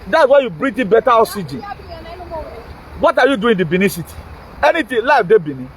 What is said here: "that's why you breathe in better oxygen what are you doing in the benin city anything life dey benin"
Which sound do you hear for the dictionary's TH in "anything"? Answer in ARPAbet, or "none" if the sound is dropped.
T